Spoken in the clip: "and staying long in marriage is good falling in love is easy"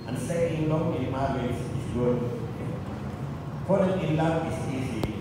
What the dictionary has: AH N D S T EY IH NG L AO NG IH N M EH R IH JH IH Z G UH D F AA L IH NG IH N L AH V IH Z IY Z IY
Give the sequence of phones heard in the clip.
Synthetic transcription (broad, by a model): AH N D S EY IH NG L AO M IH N M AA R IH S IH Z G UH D P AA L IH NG IH N L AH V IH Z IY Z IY